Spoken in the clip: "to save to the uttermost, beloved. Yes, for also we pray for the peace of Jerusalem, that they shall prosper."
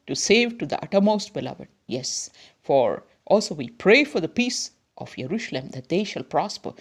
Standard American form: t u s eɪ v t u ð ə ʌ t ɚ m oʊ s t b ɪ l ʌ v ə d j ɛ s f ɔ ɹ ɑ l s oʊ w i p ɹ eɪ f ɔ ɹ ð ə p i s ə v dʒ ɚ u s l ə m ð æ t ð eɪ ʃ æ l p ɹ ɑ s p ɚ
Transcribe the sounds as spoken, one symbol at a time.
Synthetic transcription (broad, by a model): t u s eɪ v t u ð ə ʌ t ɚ m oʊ s t b ɪ l ʌ v ə d j ɛ s f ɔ ɹ ɑ l s oʊ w i p ɹ eɪ f ɔ ɹ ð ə p i s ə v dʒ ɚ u ʃ l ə m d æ t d eɪ ʃ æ l p ɹ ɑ s p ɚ